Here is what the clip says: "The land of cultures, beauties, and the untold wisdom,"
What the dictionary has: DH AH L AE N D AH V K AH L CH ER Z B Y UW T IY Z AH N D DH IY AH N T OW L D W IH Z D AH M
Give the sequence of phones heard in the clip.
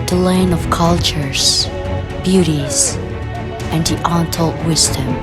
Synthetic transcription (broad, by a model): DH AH L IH N AH V K AH L CH ER Z B Y UW T IY Z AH N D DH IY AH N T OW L W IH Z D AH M